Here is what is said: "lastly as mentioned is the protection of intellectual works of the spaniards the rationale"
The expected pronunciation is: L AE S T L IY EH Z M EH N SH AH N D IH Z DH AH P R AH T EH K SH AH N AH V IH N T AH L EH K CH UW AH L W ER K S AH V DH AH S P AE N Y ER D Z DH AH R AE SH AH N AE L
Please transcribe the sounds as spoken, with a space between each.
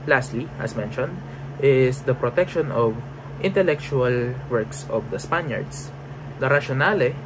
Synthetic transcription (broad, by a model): L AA S T L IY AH S M EH N SH AH N D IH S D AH P R AH T EH K SH AH N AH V IH N T AH L EH K CH UW AH L W ER K S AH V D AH S P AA N Y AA D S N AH R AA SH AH N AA L